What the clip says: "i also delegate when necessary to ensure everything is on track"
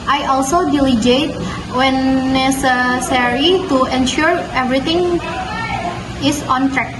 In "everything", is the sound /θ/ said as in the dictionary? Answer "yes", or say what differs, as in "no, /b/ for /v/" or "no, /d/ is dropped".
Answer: no, /t/ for /θ/